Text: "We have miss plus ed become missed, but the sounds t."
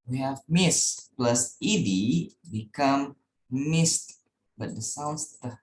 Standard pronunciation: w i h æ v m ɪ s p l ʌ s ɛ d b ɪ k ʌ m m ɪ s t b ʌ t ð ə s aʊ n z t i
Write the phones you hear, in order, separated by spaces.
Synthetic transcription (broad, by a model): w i h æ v m ɪ s p l ʌ s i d b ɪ k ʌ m m ɪ s t b ʌ t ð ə s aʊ n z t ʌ